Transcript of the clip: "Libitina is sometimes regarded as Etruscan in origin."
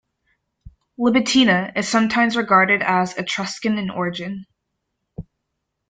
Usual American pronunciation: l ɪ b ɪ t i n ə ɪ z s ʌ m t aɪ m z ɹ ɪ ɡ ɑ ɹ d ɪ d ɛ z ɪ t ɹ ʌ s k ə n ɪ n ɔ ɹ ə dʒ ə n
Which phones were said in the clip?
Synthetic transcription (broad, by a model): l ɪ b ɪ t i n ə ɪ z s ʌ m t aɪ m z ɹ ɪ ɡ ɑ ɹ d ɪ d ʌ z ɪ t ɹ ʌ s k ə n ɪ n ɔ ɹ ə dʒ ə n